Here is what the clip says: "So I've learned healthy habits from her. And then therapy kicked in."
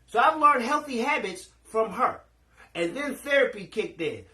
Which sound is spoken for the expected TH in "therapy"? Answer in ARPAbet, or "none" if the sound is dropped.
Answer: TH